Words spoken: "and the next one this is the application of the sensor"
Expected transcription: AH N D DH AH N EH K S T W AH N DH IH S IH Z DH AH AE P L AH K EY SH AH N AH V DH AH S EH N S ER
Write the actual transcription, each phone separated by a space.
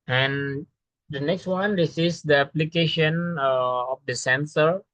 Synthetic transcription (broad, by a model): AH N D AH N EH K S T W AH N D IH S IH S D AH AE P L AH K EY SH AH N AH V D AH S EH N S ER